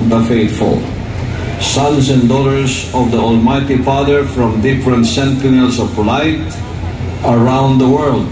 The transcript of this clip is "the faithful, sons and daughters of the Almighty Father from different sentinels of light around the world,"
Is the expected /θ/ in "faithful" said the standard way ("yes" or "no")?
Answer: no